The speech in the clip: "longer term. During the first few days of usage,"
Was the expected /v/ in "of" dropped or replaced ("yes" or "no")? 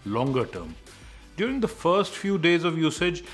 no